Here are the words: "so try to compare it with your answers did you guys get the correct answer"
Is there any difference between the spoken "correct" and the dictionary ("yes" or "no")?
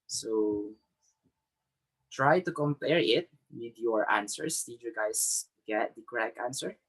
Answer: yes